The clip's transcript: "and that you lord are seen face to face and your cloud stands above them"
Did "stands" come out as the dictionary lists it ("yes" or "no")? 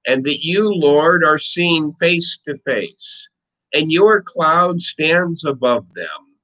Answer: yes